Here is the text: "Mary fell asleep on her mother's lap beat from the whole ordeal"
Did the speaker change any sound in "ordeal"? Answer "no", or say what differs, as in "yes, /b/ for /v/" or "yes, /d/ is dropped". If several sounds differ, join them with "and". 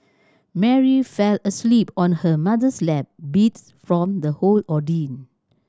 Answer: yes, /n/ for /l/